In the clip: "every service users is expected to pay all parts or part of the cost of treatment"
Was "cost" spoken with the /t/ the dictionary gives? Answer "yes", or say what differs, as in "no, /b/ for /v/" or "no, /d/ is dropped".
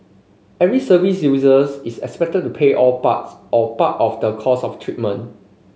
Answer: no, /t/ is dropped